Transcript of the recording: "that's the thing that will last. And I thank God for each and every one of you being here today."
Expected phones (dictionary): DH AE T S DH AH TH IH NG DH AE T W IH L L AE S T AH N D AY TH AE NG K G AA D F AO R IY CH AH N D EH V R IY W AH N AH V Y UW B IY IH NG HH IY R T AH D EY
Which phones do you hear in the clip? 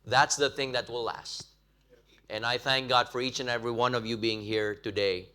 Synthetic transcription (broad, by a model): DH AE T S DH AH TH IH NG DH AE T W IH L L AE S T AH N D AY TH AE NG K G AA D F AO R IY CH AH N EH V R IY W AH N AH V Y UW B IY IH NG HH IY R T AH D EY